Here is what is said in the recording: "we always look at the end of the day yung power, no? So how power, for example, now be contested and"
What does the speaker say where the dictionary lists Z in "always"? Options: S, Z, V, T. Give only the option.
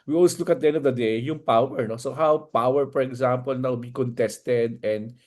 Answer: S